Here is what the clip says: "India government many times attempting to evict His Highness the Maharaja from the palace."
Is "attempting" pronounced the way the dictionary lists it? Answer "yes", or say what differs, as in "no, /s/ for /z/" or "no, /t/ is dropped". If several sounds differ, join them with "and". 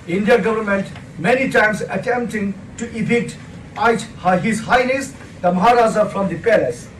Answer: yes